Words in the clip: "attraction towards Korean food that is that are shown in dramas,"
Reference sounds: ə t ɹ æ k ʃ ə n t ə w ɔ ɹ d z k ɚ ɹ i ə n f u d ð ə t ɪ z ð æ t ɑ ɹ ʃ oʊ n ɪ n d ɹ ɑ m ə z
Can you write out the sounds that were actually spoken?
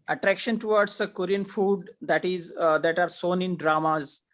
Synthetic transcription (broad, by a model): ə t ɹ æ k ʃ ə n t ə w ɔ ɹ d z k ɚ ɹ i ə n f u d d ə t ɪ z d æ t ɑ ɹ s oʊ n ɪ n d ɹ ɑ m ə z